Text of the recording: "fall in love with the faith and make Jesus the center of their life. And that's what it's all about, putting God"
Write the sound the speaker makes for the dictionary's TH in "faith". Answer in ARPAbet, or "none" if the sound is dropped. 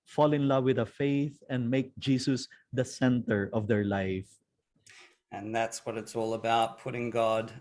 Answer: TH